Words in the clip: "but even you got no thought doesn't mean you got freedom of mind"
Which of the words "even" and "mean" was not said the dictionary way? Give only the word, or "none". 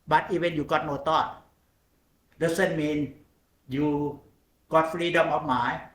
even